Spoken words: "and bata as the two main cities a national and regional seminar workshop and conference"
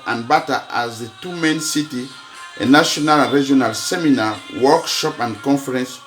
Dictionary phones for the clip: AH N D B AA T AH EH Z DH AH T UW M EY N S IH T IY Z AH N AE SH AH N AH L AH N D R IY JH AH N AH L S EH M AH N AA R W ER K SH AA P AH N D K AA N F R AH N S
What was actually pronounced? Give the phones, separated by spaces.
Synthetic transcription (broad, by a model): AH N B AA T AH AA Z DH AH T UW M EY N S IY T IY AH N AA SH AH N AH L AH N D R IY JH AH N AH L S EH M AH N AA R W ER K SH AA P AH N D K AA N F R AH N S